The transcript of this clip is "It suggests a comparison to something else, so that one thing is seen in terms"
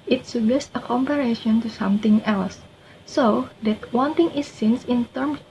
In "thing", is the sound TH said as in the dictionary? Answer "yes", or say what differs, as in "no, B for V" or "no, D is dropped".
no, T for TH